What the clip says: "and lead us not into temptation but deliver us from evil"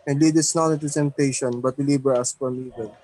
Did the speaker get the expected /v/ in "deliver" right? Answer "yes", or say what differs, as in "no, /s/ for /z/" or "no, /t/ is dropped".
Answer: no, /b/ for /v/